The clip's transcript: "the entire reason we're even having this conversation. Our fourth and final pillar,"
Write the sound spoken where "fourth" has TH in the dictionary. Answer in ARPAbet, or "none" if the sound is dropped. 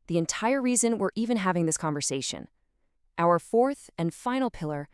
TH